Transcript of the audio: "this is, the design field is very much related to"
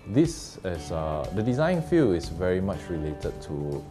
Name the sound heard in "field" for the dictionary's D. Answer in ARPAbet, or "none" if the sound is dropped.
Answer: none